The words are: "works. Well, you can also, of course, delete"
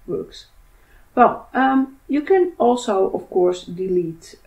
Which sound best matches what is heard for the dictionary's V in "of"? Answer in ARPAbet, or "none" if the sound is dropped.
F